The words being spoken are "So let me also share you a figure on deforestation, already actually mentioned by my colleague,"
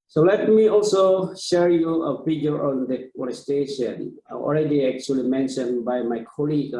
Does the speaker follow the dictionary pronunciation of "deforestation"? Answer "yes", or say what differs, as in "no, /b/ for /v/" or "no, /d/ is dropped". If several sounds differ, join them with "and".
no, /f/ is dropped